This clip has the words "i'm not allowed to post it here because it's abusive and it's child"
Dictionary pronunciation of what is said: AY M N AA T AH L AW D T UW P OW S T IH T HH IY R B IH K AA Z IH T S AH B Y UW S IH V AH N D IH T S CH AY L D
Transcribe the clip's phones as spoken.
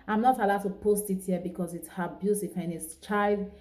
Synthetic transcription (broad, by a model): AY M N AA T AH L AW D T UW P OW S T IH T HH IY B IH K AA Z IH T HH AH B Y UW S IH F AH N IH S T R AY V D